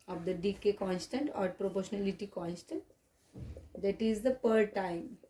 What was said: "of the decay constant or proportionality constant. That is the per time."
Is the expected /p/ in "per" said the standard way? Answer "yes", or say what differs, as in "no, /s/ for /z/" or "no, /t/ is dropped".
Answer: yes